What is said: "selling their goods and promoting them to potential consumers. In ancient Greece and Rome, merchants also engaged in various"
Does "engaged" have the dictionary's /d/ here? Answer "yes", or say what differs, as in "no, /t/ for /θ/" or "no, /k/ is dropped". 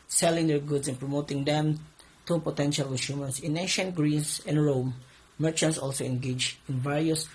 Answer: no, /d/ is dropped